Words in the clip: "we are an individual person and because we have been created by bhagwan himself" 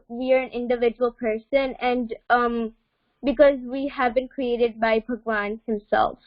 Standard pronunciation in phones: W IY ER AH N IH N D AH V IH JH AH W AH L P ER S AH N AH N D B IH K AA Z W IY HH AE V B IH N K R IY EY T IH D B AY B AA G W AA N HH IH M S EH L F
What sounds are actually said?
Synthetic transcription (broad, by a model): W IY ER AH N IH N D AH V IH JH AH W AH L P ER S AH N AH N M B IH K AA Z W IY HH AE V B IH N K R IY EY T IH D B AY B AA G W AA N HH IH M S EH L F